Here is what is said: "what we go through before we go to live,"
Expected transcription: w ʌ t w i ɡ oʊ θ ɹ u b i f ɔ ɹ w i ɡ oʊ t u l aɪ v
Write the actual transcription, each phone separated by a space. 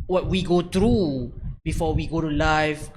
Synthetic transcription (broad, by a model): w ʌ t w i ɡ oʊ t ɹ u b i f ɔ w i ɡ oʊ t u l aɪ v